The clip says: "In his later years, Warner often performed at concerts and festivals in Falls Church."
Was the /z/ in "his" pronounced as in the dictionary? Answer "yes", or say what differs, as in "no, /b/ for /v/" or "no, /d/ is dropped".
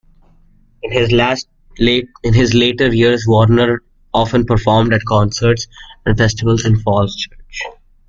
yes